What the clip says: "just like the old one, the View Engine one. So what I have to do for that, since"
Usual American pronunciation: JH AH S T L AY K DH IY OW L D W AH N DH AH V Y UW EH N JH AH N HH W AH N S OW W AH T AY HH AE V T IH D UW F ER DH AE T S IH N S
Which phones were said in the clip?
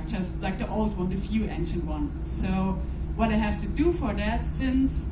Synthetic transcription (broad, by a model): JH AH S T L AY K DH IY OW L D W AH N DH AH F Y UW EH N SH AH N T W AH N S OW W AH T AY HH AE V T IH D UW F ER DH AE T S IH N S